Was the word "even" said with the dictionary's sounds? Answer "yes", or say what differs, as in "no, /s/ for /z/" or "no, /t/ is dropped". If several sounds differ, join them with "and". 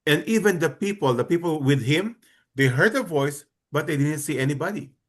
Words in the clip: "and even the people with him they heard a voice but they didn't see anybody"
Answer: no, /p/ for /v/